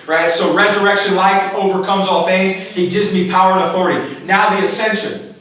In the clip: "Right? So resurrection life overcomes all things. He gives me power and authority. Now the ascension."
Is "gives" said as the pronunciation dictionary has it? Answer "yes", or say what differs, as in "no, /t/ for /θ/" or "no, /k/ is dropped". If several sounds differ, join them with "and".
no, /v/ is dropped